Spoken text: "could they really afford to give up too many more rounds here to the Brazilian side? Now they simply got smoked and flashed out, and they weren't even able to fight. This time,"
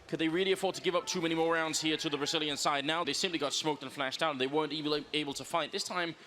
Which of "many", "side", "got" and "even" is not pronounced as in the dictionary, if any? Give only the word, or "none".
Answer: even